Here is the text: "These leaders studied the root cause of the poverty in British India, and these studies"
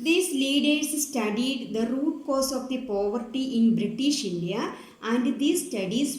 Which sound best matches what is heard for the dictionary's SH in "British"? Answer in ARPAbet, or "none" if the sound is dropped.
SH